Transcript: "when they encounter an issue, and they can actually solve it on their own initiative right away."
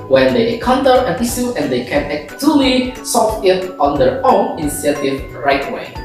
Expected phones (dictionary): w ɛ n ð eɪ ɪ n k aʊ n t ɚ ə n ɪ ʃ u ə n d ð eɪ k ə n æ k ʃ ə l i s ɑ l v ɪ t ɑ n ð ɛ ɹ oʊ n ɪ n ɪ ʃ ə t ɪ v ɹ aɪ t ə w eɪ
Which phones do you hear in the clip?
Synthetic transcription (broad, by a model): w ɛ n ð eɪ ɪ k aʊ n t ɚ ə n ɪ s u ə n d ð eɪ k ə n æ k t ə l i s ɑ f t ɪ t ɑ n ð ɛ ɹ oʊ n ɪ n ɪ s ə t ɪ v ɹ aɪ t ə w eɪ